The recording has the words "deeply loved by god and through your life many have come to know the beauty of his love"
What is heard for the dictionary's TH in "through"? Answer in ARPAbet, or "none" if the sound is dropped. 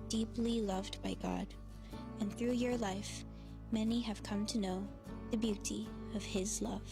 TH